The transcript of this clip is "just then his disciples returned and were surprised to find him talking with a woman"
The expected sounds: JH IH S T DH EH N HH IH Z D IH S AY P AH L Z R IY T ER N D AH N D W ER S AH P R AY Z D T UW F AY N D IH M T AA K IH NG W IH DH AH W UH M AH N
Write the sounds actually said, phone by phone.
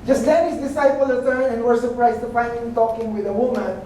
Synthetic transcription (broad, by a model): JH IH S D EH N HH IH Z D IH S AY P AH L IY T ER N AH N W ER S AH P R AY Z T UW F AY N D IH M T AA K IH NG W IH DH AH W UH M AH N